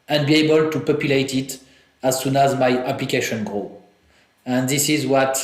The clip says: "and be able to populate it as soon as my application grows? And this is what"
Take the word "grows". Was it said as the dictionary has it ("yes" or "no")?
no